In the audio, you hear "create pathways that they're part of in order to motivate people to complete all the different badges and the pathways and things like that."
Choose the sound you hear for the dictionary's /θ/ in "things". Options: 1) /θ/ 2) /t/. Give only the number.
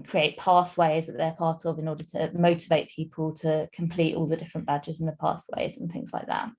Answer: 1